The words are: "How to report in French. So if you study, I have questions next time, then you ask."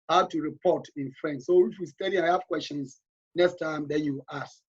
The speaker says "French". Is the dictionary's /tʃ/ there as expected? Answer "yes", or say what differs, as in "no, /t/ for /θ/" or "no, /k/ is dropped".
no, /s/ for /tʃ/